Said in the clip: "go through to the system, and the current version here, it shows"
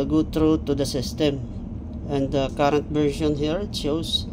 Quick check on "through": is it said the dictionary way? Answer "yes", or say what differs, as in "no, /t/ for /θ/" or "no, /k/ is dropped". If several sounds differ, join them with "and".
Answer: no, /t/ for /θ/